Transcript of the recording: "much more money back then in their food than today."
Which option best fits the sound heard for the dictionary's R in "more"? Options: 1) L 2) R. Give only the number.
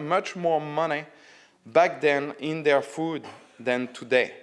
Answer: 2